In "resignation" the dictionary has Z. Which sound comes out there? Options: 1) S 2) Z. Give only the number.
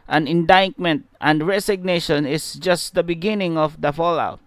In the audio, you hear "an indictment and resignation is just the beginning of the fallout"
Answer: 1